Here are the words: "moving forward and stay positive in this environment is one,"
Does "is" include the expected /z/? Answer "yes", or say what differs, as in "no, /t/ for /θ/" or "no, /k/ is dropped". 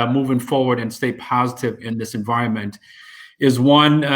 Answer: yes